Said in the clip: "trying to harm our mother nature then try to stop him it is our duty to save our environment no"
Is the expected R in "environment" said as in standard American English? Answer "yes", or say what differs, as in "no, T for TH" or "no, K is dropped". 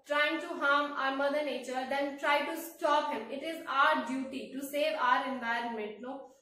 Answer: yes